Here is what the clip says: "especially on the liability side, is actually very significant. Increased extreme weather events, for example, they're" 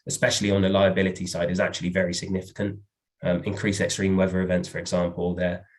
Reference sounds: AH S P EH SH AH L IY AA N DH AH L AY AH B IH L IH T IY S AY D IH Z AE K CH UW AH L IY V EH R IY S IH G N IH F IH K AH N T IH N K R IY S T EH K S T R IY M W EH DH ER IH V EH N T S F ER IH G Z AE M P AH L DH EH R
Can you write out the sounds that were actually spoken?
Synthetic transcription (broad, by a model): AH S P EH SH AH L IY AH N DH AH L AY AH B IH L IH T IY S AY D IH Z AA K CH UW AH L IY V EH R IY S IH G N IH F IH K AH N T IH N K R IY S EH K S T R IY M W EH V ER IH V EH N T S F ER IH G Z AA M P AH L DH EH